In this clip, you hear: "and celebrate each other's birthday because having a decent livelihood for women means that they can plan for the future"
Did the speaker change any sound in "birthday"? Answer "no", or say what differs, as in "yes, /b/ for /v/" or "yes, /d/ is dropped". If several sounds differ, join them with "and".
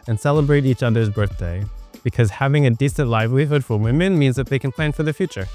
no